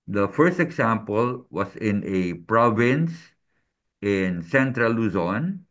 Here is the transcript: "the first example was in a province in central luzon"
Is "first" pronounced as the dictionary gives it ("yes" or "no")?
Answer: yes